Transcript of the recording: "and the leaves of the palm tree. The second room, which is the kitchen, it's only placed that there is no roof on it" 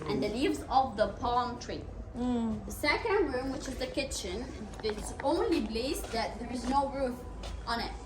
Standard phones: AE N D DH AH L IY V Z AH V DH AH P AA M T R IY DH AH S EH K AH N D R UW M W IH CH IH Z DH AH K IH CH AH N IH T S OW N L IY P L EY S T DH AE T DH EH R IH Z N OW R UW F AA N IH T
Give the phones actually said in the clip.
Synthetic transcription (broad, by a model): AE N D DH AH L IY V Z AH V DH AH P AA M T R IY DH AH S EH K AH N D R UW M W IH CH IH Z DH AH K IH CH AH N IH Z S OW N L IY B L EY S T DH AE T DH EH R IH Z N OW R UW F AA N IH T